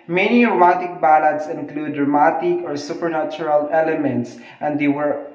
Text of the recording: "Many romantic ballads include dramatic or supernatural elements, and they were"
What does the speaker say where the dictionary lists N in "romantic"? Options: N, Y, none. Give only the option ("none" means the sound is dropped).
none